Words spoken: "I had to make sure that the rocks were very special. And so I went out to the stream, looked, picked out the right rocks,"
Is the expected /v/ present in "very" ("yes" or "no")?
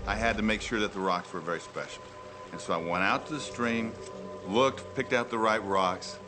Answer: yes